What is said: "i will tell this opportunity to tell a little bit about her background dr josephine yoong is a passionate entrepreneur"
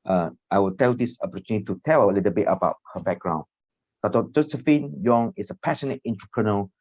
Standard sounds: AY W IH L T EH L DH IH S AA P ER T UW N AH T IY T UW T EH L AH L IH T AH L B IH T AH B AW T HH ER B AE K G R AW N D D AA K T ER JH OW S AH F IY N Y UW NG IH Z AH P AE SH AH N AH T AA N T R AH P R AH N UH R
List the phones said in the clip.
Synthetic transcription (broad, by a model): AY W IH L T EH L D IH S AA P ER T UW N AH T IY T UW T EH L AH L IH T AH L B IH T AH B AW T HH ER B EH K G R AW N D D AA T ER JH OW S AH F IY N Y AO NG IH S AH P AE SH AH N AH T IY N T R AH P R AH N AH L